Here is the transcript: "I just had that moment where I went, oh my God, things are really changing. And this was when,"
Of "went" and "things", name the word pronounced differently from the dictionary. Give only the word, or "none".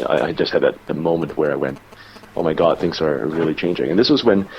none